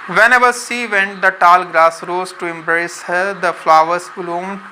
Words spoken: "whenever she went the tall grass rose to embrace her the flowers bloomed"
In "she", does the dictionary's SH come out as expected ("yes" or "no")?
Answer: no